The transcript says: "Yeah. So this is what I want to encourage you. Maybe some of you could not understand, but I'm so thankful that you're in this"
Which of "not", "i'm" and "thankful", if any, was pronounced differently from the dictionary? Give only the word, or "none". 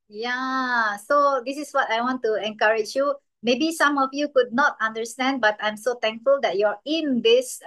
thankful